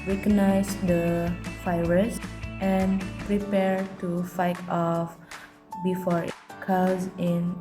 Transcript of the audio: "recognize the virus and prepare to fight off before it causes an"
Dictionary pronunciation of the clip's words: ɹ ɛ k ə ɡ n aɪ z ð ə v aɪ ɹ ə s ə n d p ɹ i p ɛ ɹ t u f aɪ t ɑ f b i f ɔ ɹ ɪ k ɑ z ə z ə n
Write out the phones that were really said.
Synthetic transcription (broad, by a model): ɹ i k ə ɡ n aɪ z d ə f aɪ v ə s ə n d p ɹ i p ɛ ɹ t u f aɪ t ɑ f b i f ɔ ɹ k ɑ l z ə n